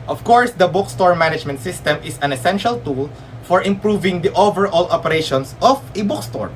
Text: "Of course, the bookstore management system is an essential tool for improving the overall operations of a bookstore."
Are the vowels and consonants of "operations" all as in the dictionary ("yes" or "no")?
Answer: no